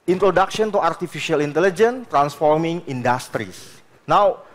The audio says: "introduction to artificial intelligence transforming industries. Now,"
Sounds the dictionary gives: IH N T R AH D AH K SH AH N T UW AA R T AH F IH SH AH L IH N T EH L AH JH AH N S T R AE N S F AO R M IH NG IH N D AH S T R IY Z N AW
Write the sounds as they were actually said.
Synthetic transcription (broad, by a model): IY N T R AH D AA K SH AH N T UW AA R T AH F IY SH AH L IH N T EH L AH JH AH N T R AE N S F AO R M IH NG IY N D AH S T R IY S N AW